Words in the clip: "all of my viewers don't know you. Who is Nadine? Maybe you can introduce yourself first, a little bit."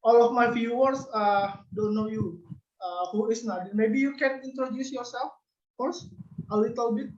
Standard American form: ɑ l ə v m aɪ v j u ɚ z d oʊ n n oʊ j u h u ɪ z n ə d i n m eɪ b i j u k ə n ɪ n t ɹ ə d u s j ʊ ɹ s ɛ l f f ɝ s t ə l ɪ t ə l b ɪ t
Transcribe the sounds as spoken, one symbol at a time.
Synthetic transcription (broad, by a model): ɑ l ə f m aɪ f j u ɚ s d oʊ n n oʊ j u h u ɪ s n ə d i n m eɪ b i j u k ə n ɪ n t ɹ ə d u s j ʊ ɹ s ɛ l f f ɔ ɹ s ə l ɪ t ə l b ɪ t